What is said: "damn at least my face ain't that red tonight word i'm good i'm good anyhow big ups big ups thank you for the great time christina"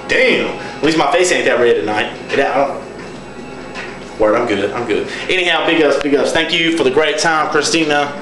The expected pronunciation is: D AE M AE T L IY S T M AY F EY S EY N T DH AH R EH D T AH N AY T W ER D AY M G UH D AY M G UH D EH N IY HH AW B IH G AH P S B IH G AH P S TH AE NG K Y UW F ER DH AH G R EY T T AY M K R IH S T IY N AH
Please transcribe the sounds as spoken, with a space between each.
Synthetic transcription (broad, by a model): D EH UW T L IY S M AY F EY S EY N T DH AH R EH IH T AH N AY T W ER AY M G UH D AY M G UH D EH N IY HH AW B IH G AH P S B IH G AH P S TH AE NG K Y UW F ER DH AH G R EY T T AY M K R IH S T IY N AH